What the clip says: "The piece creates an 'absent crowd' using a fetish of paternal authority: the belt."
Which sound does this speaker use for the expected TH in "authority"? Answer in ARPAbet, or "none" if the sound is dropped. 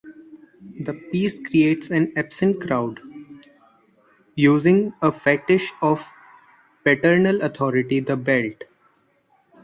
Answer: T